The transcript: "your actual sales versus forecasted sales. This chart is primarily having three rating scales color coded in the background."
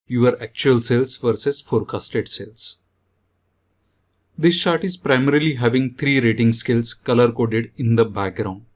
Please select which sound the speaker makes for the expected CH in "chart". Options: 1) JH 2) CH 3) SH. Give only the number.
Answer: 3